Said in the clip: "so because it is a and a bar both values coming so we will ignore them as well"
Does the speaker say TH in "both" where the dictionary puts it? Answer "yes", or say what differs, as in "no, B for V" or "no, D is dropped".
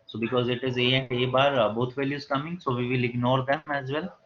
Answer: no, T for TH